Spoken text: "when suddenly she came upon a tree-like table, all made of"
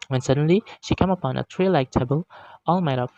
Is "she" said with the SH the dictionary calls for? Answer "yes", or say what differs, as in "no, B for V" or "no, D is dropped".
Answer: yes